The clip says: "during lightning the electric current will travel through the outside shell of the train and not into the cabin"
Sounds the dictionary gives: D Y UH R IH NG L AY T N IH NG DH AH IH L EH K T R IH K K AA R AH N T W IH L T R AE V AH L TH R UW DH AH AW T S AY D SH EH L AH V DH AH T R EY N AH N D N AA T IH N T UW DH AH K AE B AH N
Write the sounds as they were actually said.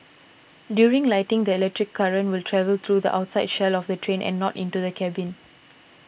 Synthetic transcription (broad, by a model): D Y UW R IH NG L AY T IH NG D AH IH L EH K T R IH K K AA R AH N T W IH L T R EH V AH L T R UW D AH AW T S AY D SH EH L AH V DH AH T R EY N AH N N AA T IH N T UW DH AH K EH B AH N